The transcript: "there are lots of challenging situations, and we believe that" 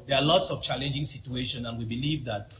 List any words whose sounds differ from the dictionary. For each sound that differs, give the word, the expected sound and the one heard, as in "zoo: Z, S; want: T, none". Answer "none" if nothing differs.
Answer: situations: Z, none